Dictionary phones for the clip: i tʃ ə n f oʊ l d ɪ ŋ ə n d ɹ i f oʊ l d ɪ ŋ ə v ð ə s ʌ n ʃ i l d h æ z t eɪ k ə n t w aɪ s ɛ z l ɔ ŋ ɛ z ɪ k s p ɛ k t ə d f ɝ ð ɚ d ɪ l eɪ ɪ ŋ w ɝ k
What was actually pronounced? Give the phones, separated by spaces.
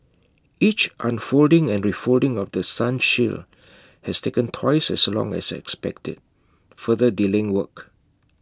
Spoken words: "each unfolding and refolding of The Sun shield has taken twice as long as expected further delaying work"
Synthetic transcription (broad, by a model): i tʃ ə n f oʊ l d ɪ ŋ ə n ɹ i f oʊ l d ɪ ŋ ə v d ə s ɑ n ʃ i l h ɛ s t eɪ k ə n t w aɪ s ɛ s l ɔ ŋ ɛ s ɪ k s p ɛ k t ə d f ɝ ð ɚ d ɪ l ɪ ŋ w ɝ k